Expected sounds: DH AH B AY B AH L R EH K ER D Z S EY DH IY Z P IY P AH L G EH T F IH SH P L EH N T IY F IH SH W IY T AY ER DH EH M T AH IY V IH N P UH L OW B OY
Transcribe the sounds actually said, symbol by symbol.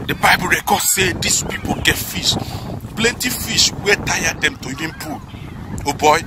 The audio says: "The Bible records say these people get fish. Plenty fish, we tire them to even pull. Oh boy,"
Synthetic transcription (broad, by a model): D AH B AY B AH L R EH K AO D S EY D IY S P IY P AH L G EH T F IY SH P L EH N T IY F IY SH W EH T AY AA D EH M T AH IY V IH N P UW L OW B OY